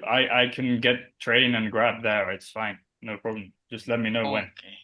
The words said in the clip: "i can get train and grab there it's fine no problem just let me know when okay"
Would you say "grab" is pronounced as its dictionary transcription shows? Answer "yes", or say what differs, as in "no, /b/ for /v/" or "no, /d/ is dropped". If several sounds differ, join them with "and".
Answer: yes